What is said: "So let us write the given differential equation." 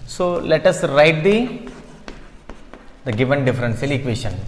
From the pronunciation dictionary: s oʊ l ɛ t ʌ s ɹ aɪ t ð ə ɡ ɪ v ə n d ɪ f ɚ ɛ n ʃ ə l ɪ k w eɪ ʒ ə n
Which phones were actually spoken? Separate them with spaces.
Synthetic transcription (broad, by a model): s oʊ l ɛ t ʌ s ɹ aɪ t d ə ɡ ɪ v ə n d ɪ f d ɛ n s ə l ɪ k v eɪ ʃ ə n